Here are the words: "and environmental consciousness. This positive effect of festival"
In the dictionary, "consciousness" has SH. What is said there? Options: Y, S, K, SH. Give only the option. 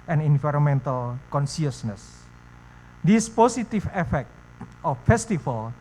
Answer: S